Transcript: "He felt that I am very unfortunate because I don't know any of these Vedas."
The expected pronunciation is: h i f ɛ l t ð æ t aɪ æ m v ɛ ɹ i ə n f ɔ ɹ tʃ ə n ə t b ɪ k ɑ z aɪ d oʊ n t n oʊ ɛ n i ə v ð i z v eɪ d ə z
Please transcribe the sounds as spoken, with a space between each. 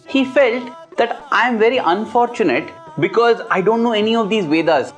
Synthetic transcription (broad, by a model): h i f ɛ l t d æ t aɪ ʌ m v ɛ ɹ i ə n f ɔ ɹ tʃ ə n ə t b ɪ k ɑ z aɪ d oʊ n t n oʊ ɛ n i ə v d i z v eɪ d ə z